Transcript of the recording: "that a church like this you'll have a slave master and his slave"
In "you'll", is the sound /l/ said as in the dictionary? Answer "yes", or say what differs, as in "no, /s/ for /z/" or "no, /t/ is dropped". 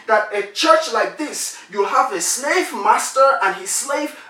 yes